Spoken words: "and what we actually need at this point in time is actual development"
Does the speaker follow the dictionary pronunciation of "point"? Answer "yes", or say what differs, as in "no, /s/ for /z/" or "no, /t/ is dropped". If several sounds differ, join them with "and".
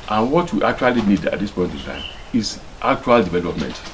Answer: yes